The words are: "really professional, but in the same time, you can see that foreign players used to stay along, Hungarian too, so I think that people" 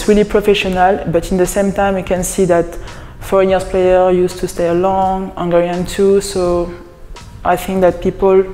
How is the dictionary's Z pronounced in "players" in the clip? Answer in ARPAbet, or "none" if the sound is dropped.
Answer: none